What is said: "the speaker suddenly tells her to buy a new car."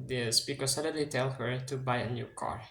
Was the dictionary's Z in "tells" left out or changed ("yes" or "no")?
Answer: yes